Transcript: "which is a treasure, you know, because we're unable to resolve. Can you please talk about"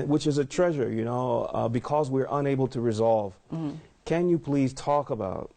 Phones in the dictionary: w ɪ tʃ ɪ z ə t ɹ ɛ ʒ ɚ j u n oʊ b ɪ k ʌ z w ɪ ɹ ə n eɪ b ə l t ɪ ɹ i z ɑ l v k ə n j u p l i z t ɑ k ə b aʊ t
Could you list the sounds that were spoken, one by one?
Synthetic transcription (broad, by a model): w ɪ tʃ ɪ z ə t ɹ ɛ ʒ ɚ j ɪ n oʊ b ɪ k ʌ z w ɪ ɹ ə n eɪ b l t ɪ ɹ i z ɑ l v k ə n j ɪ p l i z t ɑ k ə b aʊ t